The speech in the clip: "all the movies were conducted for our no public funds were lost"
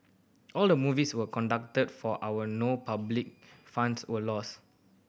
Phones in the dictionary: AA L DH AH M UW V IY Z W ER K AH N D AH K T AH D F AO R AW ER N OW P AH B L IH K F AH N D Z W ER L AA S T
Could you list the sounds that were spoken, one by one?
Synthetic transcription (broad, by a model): AA L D AH M UW V IY S W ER K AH N D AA K T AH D F AO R AW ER N OW P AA B L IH K F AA N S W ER L AA S